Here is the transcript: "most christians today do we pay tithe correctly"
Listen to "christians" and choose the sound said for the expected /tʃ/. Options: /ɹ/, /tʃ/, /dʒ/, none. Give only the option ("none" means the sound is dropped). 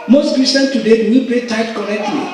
none